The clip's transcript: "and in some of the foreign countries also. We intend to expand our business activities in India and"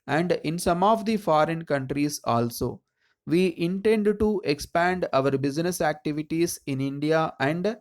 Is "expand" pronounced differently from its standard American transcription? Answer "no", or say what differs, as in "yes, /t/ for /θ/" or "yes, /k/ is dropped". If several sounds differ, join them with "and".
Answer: no